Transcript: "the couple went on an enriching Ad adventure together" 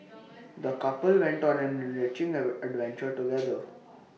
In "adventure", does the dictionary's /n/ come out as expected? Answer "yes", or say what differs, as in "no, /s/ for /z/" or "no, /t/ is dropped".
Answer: yes